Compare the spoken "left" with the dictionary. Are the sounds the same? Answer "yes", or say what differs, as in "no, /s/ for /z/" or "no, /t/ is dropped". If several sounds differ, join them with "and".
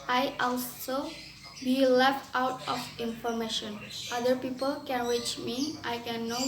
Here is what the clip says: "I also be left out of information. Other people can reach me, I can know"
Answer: yes